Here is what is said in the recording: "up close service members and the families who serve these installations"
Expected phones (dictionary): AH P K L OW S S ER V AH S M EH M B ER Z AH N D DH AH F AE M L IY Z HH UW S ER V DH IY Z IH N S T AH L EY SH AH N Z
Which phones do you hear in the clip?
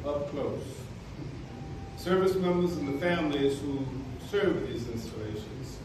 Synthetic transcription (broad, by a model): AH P K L OW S S ER V AH S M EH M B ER Z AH N DH AH F AE M L IY Z HH UW S ER V DH IY Z IH N S T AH L EY SH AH N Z